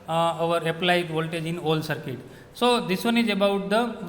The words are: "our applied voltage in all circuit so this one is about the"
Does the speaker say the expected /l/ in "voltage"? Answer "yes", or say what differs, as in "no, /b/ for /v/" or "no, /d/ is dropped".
yes